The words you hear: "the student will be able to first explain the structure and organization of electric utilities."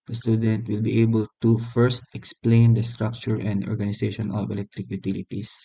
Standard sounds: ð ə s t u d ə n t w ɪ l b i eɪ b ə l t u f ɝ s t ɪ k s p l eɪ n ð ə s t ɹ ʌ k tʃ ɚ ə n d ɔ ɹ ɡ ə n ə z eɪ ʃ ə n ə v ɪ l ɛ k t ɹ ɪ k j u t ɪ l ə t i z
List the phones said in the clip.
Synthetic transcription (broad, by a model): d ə s t u d ə n t w ɪ l b i eɪ b ə l t u f ɝ s t ɪ k s p l eɪ n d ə s t ɹ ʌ k tʃ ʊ ə n d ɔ ɹ ɡ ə n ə s eɪ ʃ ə n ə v ɪ l ɛ k t ɹ ɪ k j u t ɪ l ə t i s